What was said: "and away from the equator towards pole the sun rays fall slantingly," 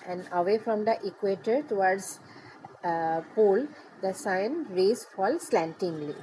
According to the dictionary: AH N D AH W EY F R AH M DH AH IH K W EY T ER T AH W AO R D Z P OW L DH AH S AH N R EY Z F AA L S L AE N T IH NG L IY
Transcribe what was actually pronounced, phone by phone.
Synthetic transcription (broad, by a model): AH N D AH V EY F R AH M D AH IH K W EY T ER T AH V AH R D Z P OW L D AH S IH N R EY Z F AA L S L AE N T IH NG L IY